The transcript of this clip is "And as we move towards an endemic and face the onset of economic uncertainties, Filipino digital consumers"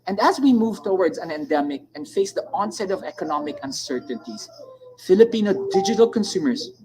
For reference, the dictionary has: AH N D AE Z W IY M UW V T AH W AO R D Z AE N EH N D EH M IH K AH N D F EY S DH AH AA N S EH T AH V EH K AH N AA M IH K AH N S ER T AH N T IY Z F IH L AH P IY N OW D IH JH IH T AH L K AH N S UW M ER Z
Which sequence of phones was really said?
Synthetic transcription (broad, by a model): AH N D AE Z W IY M UW V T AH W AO R D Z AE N EH N D EH M IH K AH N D F EY S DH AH AA N S EH T AH V EH K AH N AA M IH K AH N S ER T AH N T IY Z F IH L AH P IY N OW D IH JH IH T AH L K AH N S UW M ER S